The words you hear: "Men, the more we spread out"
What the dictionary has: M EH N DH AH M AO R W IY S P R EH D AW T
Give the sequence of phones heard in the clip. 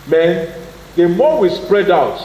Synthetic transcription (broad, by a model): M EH N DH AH M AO W IY S P R EH D AW T